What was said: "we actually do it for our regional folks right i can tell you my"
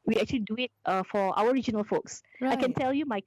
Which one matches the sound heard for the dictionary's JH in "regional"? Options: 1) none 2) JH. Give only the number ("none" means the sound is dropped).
2